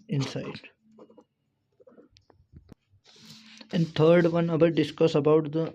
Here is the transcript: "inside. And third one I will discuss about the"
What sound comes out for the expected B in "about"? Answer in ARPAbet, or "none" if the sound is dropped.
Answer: B